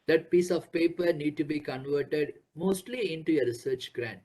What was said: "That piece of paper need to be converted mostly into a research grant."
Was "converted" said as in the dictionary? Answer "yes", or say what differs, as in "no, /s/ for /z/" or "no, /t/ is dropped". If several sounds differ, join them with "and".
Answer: yes